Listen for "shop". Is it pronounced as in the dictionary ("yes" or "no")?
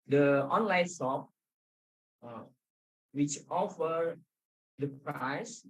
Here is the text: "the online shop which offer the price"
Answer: no